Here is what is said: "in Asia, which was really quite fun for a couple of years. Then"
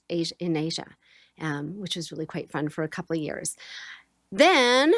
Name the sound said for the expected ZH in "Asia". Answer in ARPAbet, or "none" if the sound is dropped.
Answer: ZH